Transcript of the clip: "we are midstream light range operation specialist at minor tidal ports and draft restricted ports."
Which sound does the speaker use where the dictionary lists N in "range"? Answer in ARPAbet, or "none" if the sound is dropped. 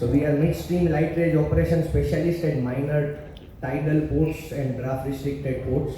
none